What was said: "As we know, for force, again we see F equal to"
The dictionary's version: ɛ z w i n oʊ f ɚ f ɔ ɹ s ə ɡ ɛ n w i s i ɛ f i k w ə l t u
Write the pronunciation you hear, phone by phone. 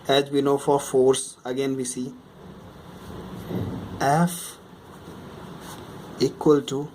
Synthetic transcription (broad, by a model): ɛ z w i n oʊ f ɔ f ɔ ɹ s ə ɡ ɛ n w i s i ɛ f i k w ə l t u